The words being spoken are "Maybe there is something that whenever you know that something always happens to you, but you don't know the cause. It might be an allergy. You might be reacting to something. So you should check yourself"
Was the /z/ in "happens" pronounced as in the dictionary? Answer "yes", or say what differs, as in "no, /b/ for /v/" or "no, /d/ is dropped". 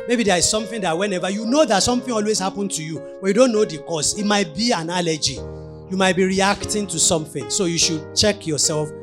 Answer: no, /z/ is dropped